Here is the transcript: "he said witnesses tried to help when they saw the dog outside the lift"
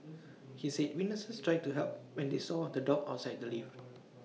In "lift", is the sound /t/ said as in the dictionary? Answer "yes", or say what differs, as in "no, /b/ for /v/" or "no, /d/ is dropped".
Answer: no, /t/ is dropped